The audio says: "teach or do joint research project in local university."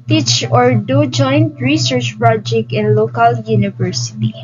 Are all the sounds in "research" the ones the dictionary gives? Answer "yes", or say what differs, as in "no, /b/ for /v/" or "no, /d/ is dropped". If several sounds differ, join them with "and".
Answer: yes